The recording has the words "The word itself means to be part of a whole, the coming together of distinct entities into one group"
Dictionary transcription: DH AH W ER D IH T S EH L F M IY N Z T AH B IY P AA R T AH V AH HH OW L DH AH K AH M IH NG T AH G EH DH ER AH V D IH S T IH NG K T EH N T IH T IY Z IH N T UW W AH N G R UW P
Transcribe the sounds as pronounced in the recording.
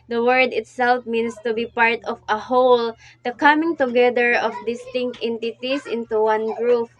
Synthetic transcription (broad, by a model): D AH W ER D IH T S EH L F M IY N S T AH B IY P AA R T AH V AH HH OW L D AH K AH M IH NG T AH G EH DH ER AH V D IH S T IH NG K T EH N T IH T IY S IH N T UW W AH N G R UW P